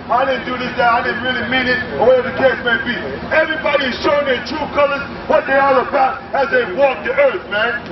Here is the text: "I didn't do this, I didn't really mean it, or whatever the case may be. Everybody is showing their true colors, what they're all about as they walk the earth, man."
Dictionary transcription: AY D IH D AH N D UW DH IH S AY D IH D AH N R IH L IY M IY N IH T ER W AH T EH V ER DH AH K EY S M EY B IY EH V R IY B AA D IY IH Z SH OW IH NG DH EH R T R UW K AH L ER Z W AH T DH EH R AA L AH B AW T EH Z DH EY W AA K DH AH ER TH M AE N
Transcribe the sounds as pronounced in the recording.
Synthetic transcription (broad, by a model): AY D IH D N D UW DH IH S AY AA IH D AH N R IH L IY M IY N IH T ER W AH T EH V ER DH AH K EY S M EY B IY EH V R IY B AA D IY IH Z SH OW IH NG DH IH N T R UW K AH L ER Z W AH T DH EH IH AA L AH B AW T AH Z DH EY W AA K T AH ER TH M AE N